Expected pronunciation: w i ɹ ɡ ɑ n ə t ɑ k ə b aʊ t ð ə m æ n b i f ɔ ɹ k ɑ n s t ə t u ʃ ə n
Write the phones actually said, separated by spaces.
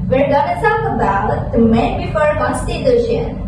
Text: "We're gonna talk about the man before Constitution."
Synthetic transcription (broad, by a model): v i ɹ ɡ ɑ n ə s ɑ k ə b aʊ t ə m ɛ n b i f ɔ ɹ k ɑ n s t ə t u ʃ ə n